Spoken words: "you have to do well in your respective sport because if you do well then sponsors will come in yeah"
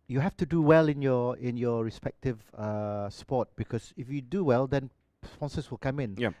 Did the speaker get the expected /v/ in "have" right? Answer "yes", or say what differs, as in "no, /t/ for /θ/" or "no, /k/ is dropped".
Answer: no, /f/ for /v/